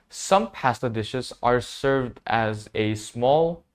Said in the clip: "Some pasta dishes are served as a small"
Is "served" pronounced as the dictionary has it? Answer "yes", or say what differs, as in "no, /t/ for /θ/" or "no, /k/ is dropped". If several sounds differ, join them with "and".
yes